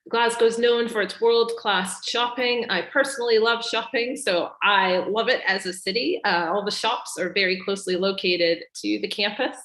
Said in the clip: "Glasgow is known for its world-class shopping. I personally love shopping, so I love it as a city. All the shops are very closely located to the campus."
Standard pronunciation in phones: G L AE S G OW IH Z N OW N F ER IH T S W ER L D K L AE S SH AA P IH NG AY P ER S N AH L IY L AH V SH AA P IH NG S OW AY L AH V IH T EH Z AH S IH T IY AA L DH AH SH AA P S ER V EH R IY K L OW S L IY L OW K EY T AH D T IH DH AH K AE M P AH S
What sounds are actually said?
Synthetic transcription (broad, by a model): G L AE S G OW IH Z N OW N F ER IH T S W ER L D K L AE S SH AA P IH NG AY P ER S N L IY L AH V SH AA P IH NG S OW AY L AH V IH T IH Z AH S IH T IY AA L DH AH SH AA P S ER V EH R IY K L OW S L IY L OW K EY T AH D T IH DH AH K AE M P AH S